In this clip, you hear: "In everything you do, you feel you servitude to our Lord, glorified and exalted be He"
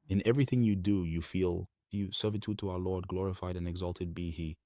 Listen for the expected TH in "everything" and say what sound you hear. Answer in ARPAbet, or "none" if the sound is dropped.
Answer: TH